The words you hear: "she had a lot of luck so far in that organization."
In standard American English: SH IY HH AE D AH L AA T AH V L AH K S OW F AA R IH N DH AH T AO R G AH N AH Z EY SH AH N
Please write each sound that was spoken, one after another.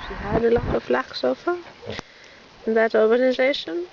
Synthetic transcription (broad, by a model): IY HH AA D AH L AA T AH F L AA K S OW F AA IH N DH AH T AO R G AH N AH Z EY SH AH N